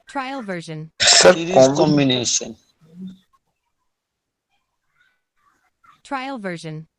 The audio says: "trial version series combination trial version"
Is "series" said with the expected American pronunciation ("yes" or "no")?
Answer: no